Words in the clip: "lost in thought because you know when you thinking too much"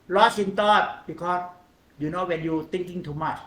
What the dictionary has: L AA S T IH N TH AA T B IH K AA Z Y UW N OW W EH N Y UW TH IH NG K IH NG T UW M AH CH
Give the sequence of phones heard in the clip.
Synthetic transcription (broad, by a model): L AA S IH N T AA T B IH K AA S Y UW N OW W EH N Y UW T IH NG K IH NG T UW M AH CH